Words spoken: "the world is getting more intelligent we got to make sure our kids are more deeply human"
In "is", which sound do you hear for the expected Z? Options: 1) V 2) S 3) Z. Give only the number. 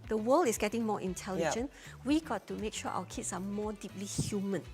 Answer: 2